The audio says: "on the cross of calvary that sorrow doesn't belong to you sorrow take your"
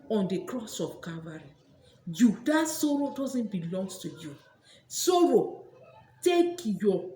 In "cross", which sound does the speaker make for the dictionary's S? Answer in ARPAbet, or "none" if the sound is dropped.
S